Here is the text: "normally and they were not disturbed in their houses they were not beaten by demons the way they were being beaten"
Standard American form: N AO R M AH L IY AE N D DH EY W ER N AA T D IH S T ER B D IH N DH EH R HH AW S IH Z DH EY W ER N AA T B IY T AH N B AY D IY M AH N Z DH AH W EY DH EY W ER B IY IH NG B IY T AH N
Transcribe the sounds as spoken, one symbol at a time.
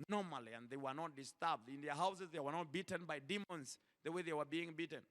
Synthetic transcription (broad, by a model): N AO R M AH L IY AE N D DH EY W ER N AA T D IH S T ER B D IH N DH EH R HH AW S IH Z DH EY W ER N AA T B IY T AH N B AY D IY M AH N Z DH AH W EY DH EY W ER B IY IH NG B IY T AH N